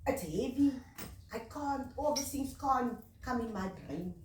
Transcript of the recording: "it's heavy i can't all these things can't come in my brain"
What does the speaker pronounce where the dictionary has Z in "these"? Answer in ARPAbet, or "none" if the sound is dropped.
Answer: none